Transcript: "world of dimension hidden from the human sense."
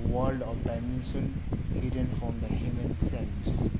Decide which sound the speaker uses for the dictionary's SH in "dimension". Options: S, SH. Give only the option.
S